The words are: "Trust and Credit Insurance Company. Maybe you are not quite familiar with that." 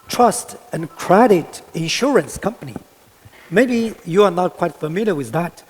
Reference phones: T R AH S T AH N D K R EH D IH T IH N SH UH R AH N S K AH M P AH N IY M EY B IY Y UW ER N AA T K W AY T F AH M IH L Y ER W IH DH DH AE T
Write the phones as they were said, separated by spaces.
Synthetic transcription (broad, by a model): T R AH S T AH N K R EH D IH T IH N SH UH R AH N S K AH M P AH N IY M EY B IY Y UW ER N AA T K W AY T F AH M IH L Y ER W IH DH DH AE T